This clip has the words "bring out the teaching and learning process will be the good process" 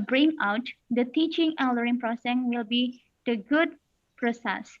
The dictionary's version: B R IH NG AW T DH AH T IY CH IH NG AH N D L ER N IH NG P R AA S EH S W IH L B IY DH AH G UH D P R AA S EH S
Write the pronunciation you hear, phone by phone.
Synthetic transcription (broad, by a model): B R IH NG AW T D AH T IY CH IH NG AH L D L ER IH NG P R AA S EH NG W IH L B IY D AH G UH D P R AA S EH S